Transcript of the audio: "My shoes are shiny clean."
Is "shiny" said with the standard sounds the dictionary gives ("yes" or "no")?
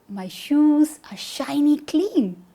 yes